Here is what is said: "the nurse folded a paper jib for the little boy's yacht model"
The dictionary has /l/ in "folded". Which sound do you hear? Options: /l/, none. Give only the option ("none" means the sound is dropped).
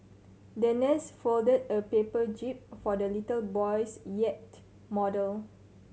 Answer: /l/